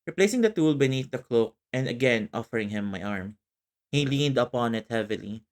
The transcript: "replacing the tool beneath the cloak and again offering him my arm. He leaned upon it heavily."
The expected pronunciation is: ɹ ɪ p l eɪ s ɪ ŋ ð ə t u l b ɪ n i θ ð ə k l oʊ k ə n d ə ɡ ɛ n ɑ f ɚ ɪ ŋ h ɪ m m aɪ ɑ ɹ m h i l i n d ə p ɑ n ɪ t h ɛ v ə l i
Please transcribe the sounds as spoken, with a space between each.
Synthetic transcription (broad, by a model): ɹ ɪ p l eɪ s ɪ ŋ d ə t u l b ɪ n i θ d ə k l oʊ k ə n d ə ɡ ɛ n ɑ f ɚ ɪ ŋ h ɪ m m aɪ ɑ ɹ m h i l i n d ə p ɑ n ɪ t h ɛ v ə l i